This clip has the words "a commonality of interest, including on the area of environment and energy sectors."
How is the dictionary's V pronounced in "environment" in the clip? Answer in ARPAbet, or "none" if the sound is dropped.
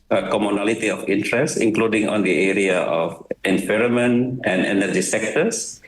F